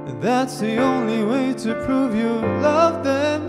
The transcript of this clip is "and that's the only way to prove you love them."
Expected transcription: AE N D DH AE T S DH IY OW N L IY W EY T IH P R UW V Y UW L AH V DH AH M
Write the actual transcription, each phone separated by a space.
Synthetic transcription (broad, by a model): DH AE T S DH IY OW N L IY W EY T IH P R UW V Y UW L AH V DH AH M